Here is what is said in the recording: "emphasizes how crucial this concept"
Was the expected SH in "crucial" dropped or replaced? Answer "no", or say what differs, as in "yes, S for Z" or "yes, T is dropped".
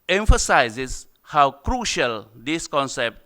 no